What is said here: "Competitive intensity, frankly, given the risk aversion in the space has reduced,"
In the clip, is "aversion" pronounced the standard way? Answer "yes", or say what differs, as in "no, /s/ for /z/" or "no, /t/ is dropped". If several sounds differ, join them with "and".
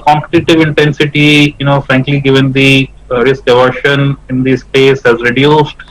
no, /ʃ/ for /ʒ/